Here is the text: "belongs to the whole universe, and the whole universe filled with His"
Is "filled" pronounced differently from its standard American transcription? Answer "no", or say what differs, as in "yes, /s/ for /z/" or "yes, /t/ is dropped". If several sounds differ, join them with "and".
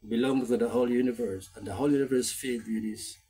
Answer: yes, /l/ is dropped